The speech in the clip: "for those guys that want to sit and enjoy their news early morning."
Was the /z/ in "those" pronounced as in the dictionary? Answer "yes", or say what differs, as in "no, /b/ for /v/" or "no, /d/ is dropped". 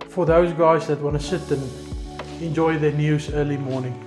yes